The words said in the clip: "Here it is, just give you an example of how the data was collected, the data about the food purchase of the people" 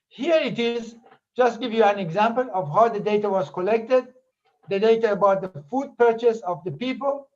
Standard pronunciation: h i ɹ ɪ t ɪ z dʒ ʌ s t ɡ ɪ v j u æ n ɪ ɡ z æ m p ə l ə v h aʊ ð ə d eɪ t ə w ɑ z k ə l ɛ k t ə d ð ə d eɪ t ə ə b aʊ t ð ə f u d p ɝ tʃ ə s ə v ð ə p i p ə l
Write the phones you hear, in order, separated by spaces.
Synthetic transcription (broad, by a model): h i ɹ ɪ t ɪ z dʒ ʌ s t ɡ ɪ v j u æ n ɪ ɡ z æ m p ə l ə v h aʊ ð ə d eɪ t ə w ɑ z k ə l ɛ k t ə d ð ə d eɪ t ə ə b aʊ t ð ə f u d p ɝ tʃ ə s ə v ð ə p i p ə l